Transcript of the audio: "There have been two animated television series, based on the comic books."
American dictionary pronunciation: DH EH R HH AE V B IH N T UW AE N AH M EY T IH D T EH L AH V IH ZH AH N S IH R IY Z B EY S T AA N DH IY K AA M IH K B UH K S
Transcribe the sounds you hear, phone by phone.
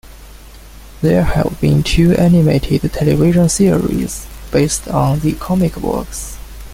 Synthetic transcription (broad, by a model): DH EH R HH AE V B IH N T UW AE N AH M EY T IH D T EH L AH V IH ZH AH N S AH R IY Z B EY S T AA N DH IY K AA M IH K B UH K S